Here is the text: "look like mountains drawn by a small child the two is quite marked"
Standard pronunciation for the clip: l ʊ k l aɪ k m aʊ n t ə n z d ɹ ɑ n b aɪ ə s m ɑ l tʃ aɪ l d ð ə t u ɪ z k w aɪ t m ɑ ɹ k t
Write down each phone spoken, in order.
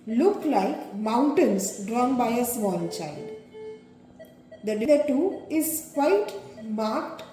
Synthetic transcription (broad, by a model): l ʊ k l aɪ k m aʊ n t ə n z d ɹ ɑ n b aɪ ə s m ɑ n tʃ aɪ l d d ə t u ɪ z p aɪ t m ɑ ɹ k t